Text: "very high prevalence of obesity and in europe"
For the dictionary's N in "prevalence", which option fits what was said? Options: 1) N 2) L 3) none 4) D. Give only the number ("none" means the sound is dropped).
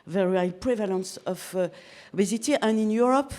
1